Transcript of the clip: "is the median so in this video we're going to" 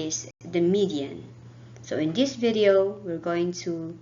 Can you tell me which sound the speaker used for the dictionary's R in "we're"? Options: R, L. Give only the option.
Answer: R